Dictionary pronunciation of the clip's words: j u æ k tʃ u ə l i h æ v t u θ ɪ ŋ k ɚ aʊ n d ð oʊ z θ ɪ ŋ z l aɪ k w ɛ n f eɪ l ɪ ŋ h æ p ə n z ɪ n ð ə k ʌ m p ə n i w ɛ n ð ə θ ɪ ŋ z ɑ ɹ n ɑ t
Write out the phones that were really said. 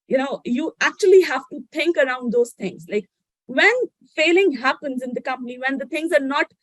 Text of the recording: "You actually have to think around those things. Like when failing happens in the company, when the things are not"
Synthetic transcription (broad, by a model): j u æ k tʃ u ə l i h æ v t u t ɪ ŋ k ɚ aʊ n d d oʊ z t ɪ ŋ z l aɪ k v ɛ n f eɪ l ɪ ŋ h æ p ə n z ɪ n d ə k ʌ m p ə n i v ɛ n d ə t ɪ ŋ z ɑ ɹ n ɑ t